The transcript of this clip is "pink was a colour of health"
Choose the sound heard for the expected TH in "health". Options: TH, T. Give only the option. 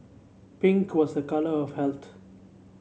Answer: T